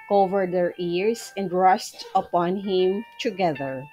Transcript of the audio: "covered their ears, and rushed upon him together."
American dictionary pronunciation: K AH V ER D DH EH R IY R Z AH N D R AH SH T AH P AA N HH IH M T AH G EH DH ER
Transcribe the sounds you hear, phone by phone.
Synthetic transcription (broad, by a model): K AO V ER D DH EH R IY R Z AH N D R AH S T AH P AA N HH IH M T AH G EH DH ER